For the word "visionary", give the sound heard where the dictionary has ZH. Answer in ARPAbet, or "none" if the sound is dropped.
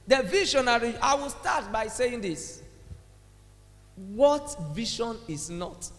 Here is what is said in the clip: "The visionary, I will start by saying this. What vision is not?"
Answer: SH